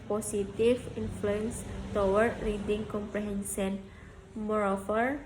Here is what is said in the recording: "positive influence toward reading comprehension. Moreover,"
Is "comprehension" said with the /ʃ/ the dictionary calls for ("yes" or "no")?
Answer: no